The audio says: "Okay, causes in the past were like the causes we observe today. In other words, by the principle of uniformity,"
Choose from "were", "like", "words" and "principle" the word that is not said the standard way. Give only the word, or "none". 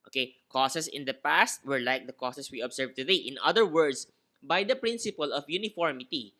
words